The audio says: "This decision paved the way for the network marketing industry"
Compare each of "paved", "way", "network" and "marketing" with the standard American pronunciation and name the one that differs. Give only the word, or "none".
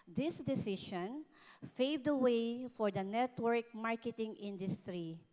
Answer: paved